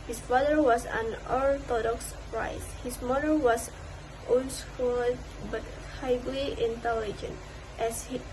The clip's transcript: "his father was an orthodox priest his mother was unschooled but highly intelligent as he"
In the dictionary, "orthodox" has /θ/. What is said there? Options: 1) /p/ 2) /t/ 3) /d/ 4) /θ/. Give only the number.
2